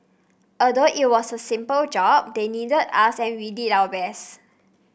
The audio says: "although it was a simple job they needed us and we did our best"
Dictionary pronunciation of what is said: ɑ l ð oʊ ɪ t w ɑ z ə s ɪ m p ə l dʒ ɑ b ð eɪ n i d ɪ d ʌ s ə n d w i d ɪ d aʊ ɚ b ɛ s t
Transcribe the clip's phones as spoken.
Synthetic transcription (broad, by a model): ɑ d oʊ ɪ t w ɑ s ə s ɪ m p ə l dʒ ɑ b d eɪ n i d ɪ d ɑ s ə n w i d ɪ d aʊ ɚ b ɛ s